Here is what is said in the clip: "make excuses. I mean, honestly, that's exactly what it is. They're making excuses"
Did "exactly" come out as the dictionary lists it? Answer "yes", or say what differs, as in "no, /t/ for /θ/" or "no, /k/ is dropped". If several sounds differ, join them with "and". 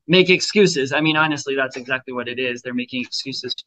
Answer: yes